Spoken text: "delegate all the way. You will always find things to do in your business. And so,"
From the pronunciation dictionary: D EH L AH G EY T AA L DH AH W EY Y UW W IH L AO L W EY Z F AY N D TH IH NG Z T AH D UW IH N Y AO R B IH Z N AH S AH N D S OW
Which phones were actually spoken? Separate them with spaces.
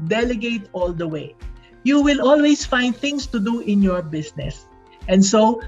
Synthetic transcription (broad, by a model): D EH L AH G EY T AA L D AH W EY Y UW W IH L AO L W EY S F AY N D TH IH NG S T AH D UW IH N Y AO R B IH S N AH S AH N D S OW